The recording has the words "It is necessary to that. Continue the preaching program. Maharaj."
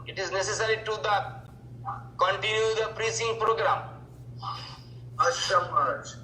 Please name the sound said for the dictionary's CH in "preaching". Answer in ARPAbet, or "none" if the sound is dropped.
S